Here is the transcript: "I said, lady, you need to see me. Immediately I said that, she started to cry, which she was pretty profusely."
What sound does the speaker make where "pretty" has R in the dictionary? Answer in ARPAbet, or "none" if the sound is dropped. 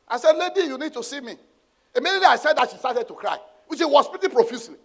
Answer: none